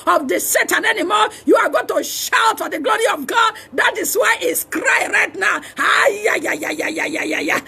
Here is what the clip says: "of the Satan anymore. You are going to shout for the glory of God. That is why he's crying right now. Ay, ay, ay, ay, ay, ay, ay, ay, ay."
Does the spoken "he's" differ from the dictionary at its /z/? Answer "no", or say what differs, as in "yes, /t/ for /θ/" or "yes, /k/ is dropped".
yes, /s/ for /z/